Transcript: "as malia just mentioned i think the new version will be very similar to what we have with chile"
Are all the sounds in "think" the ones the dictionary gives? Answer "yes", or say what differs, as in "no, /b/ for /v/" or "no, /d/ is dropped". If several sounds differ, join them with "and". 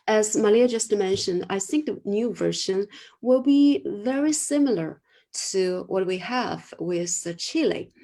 yes